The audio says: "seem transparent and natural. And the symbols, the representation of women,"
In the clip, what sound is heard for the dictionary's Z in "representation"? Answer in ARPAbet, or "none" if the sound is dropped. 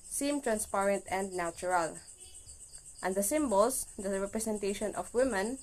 S